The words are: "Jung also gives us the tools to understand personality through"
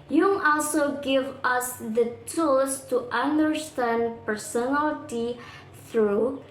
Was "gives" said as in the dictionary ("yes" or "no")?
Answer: no